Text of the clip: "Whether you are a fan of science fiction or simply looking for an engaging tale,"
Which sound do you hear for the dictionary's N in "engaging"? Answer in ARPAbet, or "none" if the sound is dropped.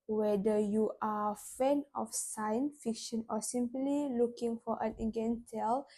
none